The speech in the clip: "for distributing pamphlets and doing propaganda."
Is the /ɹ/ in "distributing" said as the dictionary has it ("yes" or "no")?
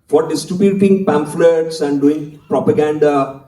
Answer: no